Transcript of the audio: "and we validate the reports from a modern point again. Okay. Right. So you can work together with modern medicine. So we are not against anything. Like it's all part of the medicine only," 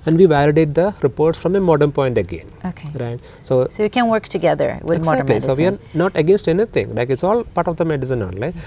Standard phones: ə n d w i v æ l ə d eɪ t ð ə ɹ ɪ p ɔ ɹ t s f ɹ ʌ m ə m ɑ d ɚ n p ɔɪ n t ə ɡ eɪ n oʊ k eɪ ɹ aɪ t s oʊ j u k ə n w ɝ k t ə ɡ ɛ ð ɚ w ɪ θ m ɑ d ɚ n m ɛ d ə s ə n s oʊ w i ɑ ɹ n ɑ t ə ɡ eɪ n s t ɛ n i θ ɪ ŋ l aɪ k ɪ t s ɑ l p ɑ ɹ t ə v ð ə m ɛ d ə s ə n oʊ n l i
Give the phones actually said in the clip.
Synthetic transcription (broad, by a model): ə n d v i v æ l ə d eɪ t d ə ɹ ɪ p ɔ ɹ t s f ɹ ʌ m ə m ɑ d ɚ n p ɔɪ n t ə ɡ eɪ n oʊ k eɪ ɹ aɪ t s oʊ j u k ə n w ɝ k t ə ɡ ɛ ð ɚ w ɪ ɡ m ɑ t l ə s s oʊ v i ɑ ɹ n ɑ t ə ɡ eɪ n s t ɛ n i t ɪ ŋ l aɪ k ɪ t s ɑ l p ɑ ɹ t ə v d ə m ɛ d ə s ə n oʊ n l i